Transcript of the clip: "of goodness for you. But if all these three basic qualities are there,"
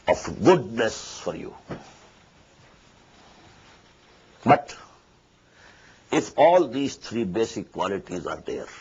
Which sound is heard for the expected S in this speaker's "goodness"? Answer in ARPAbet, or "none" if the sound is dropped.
S